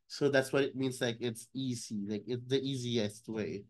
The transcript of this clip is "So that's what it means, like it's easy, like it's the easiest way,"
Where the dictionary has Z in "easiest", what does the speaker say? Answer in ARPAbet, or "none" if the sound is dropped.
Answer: Z